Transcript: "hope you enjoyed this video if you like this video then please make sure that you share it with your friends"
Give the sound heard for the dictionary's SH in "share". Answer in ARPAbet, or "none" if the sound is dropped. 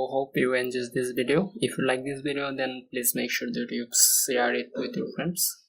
S